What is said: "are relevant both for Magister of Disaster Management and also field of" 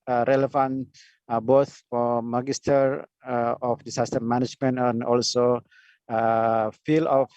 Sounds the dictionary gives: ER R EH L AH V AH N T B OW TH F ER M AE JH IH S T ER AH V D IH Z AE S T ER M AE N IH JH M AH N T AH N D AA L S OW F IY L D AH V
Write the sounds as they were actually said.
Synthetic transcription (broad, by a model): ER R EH L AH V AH N B OW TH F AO M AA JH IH S T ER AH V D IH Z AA S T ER M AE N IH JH M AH N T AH N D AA L S OW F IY L AH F